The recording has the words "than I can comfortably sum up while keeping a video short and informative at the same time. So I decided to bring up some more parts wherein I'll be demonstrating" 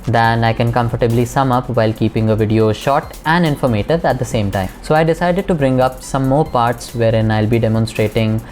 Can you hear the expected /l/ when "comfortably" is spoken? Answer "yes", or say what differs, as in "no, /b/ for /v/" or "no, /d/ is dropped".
yes